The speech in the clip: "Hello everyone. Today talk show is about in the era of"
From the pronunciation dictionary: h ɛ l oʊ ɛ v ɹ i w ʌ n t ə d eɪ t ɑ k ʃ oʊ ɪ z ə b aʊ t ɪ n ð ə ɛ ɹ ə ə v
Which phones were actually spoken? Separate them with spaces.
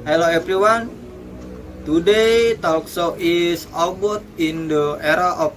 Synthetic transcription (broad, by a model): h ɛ l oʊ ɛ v ɹ i w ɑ n t ə d eɪ t ɑ k s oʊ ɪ s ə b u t ɪ n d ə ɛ ɹ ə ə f